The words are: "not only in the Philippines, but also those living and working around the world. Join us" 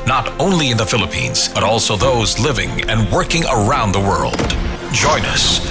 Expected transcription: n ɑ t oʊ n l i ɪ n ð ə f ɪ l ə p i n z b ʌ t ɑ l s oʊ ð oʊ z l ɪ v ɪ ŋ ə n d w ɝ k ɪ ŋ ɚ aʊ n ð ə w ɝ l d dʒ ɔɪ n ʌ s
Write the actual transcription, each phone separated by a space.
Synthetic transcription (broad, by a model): n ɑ t oʊ n l i ɪ n ð ə f ɪ l ə p i n z b ʌ t ɑ l s oʊ ð oʊ z l ɪ v ɪ ŋ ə n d w ɝ k ɪ ŋ ɚ aʊ n ð ə w ɝ l d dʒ ɔɪ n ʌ s